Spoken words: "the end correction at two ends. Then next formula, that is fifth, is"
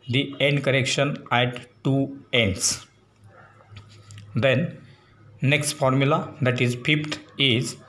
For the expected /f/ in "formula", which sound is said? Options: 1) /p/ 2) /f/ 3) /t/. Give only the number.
2